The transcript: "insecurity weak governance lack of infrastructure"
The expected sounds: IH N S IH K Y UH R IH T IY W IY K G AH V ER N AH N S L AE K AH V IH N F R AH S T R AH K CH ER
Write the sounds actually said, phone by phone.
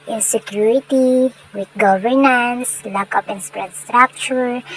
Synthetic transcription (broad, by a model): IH N S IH K Y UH R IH T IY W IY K G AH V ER N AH N S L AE K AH P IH N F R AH S T R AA K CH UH